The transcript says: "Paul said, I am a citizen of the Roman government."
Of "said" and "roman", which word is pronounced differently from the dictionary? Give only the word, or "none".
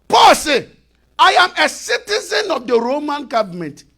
said